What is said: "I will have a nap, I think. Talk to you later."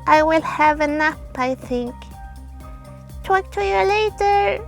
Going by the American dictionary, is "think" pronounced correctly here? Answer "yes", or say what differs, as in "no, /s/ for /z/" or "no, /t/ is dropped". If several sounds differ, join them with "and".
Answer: yes